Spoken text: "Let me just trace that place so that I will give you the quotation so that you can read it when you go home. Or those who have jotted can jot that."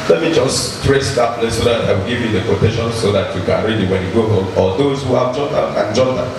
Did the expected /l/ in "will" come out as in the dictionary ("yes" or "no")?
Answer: no